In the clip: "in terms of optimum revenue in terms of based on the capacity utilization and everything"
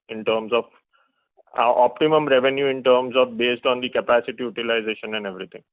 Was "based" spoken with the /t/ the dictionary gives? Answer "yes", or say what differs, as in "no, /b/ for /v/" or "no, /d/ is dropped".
yes